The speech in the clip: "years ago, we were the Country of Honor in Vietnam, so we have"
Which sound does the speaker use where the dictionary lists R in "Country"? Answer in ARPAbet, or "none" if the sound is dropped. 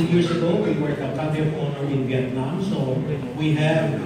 none